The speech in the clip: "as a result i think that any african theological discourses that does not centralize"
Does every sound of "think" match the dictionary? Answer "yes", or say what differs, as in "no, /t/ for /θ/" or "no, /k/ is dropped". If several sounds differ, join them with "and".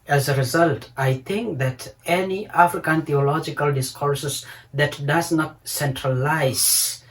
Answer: no, /t/ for /θ/